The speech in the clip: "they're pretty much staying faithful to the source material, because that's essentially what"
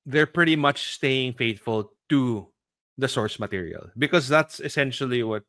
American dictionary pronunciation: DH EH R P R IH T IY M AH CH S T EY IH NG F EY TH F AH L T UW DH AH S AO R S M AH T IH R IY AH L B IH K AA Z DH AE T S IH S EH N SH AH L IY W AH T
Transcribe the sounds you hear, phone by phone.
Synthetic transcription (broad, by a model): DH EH R P R IH T IY M AH CH S T EY IH NG F EY T F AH L T UW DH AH S AO R S M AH T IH R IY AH L B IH K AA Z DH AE T S IH S EH N SH AH L IY W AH T